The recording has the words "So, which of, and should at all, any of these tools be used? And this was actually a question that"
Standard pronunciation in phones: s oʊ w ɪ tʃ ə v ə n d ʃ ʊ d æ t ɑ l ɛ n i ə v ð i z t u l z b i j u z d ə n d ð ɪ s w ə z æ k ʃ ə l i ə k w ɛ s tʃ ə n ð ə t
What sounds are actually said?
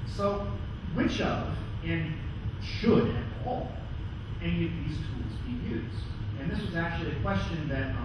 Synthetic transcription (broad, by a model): s oʊ w ɪ tʃ ə v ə n ʃ ʊ d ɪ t ɑ l ɛ n i ə v ð i z t u l z b i j u z d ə n ð ɪ s w ə z æ k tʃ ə l i ə k w ɛ s tʃ ə n ð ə t